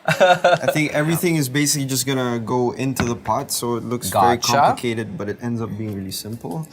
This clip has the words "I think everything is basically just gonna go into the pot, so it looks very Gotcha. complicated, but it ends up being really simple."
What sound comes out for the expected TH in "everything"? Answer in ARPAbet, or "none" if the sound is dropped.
TH